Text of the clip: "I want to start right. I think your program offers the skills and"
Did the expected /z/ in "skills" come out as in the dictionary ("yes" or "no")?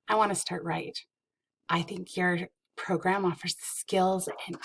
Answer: yes